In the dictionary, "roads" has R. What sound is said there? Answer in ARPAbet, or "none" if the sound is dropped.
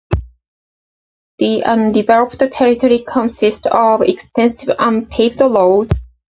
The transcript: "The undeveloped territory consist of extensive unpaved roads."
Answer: L